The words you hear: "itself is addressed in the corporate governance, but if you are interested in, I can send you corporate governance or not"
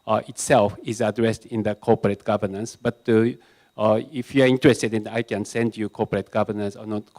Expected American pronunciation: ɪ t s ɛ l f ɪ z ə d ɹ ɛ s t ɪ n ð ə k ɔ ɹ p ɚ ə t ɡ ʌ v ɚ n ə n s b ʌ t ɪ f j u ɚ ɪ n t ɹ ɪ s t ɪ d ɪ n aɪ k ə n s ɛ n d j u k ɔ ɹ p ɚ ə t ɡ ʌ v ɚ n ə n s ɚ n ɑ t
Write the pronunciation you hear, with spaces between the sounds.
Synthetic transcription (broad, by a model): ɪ t s ɛ l f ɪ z ə d ɹ ɛ s t ɪ n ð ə k ɔ p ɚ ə t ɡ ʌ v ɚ n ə n s b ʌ t ɪ f j u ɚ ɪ n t ɹ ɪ s t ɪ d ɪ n aɪ k ə n s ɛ n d j u k ɔ p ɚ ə t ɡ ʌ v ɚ n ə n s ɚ n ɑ t